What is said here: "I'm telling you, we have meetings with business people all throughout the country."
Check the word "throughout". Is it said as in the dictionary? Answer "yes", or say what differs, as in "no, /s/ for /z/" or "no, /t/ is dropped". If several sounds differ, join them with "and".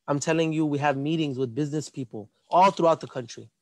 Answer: yes